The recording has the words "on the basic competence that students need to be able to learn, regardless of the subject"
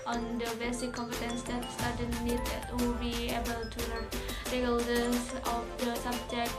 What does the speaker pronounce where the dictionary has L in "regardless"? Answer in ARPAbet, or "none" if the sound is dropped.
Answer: none